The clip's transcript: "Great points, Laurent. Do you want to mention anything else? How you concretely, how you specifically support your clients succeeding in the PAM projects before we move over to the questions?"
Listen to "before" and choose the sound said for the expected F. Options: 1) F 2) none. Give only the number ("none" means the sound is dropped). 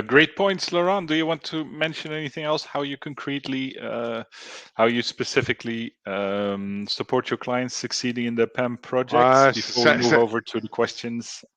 2